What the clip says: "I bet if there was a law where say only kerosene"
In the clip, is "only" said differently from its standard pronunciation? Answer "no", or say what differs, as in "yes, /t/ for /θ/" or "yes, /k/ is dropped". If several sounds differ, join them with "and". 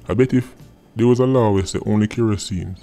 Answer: no